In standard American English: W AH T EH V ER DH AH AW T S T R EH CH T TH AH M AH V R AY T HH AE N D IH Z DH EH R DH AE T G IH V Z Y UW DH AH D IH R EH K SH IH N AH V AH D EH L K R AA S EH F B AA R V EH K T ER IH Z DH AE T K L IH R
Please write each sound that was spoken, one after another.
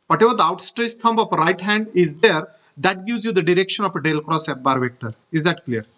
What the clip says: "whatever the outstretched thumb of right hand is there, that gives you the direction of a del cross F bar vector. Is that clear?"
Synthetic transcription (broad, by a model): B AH T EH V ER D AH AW T S T R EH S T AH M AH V R AY T HH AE N D IH Z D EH R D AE T G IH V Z Y UW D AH D IH R EH K SH IH N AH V AH D EH L K R AA S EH P B AA R V EH K T ER IH Z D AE T K L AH R